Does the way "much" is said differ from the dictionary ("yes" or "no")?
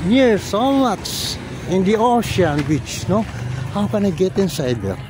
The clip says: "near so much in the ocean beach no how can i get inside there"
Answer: yes